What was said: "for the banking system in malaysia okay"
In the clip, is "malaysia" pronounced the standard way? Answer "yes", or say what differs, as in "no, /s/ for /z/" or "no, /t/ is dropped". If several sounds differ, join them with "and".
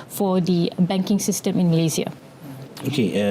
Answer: no, /z/ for /ʒ/